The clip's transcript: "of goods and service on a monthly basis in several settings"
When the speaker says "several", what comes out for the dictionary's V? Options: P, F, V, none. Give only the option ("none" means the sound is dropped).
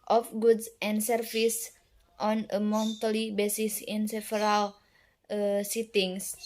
F